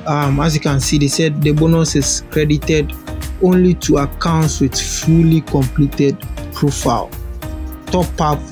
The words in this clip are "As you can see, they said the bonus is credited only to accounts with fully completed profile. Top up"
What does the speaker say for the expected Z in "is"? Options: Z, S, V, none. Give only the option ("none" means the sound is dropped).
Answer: S